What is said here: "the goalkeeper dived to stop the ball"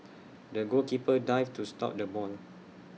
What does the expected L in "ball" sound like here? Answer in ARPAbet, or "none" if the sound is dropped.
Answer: N